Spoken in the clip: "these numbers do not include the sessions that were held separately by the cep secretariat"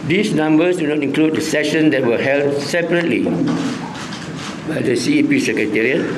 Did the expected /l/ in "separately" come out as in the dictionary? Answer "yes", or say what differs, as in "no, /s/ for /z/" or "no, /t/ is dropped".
yes